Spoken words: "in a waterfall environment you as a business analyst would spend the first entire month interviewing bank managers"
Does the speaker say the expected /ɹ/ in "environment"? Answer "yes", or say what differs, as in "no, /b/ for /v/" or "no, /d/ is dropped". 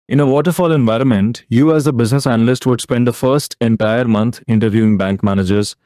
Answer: yes